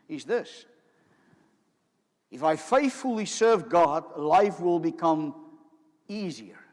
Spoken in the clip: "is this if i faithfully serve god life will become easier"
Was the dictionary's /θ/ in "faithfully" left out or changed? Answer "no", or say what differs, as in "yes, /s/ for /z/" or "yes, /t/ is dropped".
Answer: no